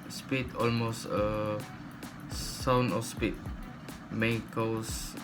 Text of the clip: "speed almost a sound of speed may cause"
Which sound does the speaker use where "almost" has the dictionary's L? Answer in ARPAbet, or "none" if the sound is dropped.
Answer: L